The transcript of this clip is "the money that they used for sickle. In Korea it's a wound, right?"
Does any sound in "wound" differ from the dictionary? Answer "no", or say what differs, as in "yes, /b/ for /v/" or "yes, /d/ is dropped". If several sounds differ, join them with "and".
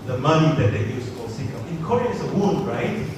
yes, /l/ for /n/